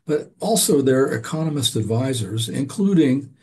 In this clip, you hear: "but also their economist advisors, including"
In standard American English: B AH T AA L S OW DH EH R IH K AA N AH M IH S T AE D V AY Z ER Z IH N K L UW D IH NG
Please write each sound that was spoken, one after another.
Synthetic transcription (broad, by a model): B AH T AA L S OW DH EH R IH K AA N AH M IH S T AE D V AY Z ER Z IH N K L UW D IH NG